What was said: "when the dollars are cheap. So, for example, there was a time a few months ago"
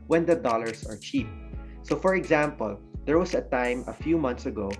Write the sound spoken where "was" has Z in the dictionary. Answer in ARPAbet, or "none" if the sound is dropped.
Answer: S